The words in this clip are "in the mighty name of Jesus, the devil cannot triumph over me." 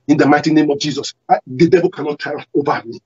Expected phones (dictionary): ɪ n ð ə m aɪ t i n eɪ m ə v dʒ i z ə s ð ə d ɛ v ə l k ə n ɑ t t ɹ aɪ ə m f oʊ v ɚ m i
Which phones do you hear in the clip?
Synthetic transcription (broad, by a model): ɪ n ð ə m aɪ t i n eɪ m ə v dʒ i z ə s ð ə d ɛ v ə l k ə n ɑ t t aɪ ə oʊ v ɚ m i